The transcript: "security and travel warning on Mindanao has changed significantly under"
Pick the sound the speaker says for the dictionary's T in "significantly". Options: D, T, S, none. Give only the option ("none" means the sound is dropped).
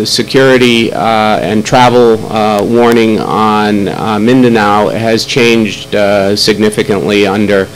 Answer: T